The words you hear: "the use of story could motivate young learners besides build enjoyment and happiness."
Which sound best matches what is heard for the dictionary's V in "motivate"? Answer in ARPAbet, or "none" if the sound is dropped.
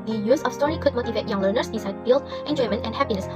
V